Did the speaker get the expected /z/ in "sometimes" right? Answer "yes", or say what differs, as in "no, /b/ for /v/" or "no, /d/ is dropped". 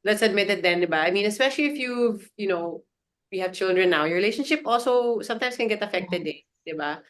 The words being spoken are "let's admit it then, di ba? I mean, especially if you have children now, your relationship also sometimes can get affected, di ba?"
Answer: no, /s/ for /z/